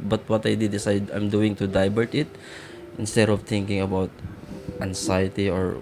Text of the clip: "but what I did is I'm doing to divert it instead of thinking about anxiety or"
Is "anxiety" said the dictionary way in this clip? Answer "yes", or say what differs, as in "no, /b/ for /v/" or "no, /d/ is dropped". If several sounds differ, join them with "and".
no, /s/ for /z/